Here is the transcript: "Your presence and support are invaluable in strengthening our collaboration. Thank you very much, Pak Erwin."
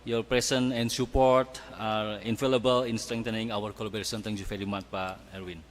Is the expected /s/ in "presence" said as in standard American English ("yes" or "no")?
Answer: no